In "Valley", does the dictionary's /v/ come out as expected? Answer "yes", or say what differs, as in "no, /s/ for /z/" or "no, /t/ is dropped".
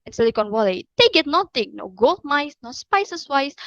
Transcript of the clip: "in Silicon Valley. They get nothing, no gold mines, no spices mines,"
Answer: no, /w/ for /v/